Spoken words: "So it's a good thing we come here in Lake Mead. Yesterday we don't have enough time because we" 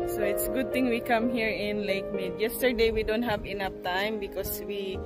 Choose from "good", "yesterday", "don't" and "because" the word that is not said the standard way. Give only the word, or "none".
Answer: because